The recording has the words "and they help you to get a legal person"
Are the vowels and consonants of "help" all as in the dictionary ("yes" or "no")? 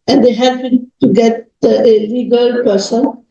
no